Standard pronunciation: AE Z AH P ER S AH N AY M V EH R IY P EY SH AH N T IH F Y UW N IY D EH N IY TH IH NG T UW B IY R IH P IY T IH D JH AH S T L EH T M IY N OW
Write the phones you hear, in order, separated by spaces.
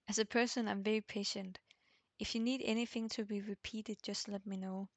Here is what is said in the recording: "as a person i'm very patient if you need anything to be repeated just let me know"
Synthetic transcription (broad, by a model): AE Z AH P ER S AH N AY M V EH R IY P EY SH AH N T IH F Y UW N IY D EH N IY TH IH NG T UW B IY R IH P IY T IH D JH AH S T L EH T M IY N OW